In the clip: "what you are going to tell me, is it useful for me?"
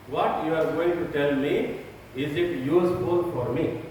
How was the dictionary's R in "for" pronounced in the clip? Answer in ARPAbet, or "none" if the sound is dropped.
R